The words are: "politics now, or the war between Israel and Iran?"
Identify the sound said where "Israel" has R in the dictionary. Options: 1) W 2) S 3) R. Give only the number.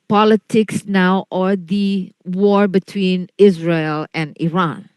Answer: 3